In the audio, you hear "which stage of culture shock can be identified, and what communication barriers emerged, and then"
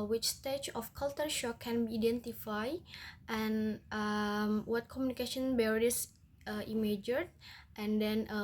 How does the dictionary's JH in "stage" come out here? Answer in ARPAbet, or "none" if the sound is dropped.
CH